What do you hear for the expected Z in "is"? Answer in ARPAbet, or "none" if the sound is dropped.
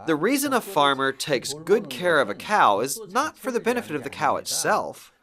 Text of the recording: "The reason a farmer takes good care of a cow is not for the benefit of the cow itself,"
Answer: Z